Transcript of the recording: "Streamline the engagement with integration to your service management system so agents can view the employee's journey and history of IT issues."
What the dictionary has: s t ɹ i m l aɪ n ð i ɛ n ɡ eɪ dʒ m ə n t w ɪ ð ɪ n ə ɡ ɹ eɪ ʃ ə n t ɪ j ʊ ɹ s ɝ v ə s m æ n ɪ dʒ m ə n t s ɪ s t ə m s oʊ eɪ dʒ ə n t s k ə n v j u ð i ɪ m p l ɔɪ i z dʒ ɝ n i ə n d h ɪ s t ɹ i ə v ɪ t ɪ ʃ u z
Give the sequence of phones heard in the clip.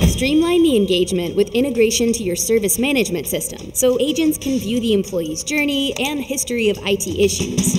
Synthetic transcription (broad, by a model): s t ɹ i m l aɪ n ð i ɛ n ɡ eɪ dʒ m ə n t w ɪ ð ɪ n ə ɡ ɹ eɪ ʃ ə n t ɪ j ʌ ɹ s ɝ v ə s m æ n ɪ dʒ m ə n t s ɪ s t ə m s oʊ eɪ dʒ ə n t s k ə n v j u ð i ɪ m p l ɔɪ i z dʒ ɝ n i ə n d h ɪ s t ɹ i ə v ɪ t ɪ ʃ u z